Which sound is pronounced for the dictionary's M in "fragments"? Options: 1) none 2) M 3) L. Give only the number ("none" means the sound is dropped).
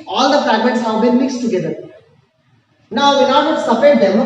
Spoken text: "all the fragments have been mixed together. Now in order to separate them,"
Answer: 2